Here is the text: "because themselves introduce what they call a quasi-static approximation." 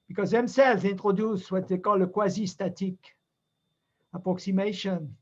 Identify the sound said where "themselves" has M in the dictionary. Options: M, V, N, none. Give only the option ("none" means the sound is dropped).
M